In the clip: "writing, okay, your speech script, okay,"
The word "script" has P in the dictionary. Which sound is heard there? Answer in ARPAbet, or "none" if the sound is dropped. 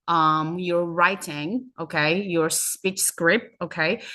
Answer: P